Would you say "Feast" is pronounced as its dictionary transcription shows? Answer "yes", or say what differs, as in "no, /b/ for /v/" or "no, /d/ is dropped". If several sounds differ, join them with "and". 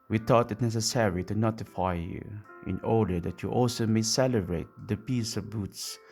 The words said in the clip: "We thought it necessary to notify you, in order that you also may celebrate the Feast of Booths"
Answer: no, /p/ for /f/ and /t/ is dropped